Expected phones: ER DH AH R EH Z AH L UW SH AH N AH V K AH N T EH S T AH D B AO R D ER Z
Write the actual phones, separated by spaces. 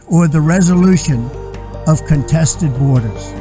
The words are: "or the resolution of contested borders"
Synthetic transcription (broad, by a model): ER DH AH R EH Z AH L UW SH AH N AH V K AH N T EH S T AH D B AO R D ER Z